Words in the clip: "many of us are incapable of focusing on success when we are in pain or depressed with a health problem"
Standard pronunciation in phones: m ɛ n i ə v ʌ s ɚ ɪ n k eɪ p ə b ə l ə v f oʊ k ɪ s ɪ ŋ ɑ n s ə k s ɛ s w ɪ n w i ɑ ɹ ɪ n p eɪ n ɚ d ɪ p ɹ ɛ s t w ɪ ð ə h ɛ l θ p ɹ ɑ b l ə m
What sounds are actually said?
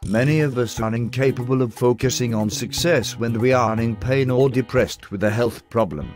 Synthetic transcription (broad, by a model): m ɛ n i ə v ʌ s ɚ ɪ n k eɪ p ə b ə l ə v f oʊ k ɪ s ɪ ŋ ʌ n s ə k s ɛ s w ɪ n w i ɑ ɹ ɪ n p eɪ n ɚ d ɪ p ɹ ɛ s t w ɪ ð ə h ɛ l θ p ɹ ɑ b l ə m